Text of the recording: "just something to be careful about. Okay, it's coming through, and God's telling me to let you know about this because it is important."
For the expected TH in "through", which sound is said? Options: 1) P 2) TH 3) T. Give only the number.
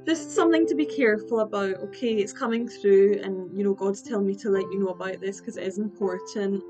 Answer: 2